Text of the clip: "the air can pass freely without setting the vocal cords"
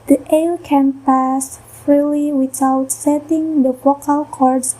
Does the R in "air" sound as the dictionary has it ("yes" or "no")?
no